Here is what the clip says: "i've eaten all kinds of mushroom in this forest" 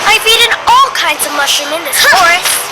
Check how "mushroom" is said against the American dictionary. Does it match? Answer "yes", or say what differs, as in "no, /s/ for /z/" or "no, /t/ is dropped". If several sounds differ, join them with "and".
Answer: no, /ɹ/ is dropped